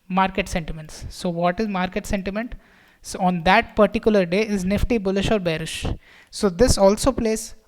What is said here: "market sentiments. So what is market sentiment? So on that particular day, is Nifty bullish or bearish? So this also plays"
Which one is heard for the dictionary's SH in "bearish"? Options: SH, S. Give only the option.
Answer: SH